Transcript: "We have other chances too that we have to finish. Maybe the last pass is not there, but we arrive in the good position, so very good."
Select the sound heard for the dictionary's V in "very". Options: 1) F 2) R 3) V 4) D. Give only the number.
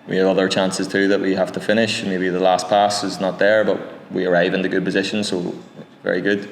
3